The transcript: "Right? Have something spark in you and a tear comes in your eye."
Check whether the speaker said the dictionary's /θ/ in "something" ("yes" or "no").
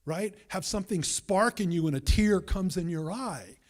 yes